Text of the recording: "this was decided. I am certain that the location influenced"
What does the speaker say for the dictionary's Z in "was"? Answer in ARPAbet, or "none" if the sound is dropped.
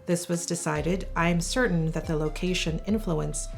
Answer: Z